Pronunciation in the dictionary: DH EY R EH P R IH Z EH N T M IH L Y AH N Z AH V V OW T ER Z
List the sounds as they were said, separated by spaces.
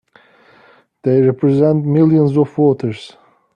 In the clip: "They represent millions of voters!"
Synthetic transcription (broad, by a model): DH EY R EH P R IH Z EH N T M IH L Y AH N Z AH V W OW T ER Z